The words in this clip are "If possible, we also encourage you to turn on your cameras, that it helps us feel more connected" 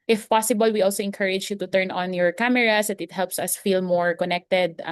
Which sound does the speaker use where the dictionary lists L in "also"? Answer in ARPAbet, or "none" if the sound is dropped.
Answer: L